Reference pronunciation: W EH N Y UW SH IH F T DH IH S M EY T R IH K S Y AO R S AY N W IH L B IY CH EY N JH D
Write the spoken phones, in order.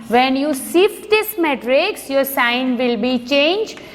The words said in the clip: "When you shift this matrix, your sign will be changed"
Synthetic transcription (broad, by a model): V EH N Y UW S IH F T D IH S M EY T R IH K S Y AO R S AY N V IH L B IY CH EY N JH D